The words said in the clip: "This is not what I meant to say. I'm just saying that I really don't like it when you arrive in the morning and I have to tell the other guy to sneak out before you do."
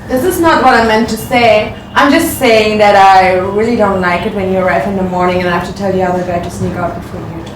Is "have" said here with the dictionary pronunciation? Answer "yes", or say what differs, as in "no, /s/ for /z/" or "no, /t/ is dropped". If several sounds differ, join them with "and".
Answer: no, /f/ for /v/